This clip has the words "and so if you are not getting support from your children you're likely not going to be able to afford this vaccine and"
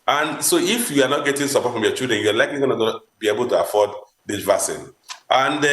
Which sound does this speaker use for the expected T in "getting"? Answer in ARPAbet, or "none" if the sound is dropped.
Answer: T